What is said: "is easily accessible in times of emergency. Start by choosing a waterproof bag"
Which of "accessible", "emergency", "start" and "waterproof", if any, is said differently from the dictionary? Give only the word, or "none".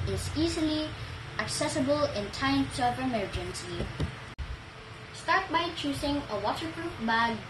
waterproof